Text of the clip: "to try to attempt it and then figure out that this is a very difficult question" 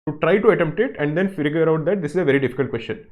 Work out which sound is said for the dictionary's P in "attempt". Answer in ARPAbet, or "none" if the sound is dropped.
P